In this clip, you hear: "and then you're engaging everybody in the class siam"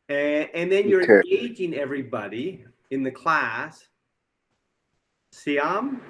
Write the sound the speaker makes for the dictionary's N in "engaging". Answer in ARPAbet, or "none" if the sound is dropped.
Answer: none